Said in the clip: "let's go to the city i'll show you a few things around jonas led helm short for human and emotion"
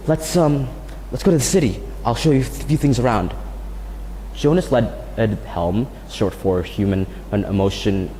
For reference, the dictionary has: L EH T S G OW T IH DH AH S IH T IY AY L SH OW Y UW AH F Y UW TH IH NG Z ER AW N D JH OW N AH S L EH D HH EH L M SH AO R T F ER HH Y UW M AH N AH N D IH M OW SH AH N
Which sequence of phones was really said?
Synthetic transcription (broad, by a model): L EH T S G OW T IH DH AH S IH T IY AY L SH OW Y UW AH F Y UW TH IH NG Z ER AW N D JH OW N AH S L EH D HH EH L M S AO R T F ER HH Y UW M AH N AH N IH M OW SH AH N